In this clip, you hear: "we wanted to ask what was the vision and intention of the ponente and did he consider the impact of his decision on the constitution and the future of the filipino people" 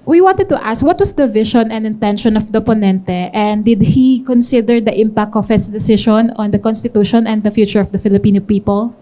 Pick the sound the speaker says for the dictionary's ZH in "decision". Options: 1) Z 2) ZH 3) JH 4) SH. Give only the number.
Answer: 4